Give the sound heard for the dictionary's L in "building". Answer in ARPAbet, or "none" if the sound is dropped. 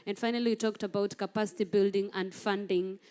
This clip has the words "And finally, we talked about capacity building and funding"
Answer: L